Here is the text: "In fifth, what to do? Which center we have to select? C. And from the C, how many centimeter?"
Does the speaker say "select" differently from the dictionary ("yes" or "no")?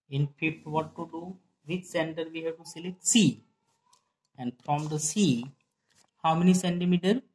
yes